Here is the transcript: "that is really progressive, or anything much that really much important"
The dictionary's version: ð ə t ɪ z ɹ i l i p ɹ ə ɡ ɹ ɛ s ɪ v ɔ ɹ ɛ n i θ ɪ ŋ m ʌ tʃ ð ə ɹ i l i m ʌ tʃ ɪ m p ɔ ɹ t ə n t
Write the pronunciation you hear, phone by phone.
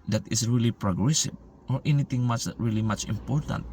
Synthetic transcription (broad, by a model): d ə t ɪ s ɹ i l i p ɹ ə ɡ ɹ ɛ s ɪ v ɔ ɹ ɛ n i t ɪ ŋ m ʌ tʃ ɹ i l i m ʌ tʃ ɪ m p ɔ ɹ t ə n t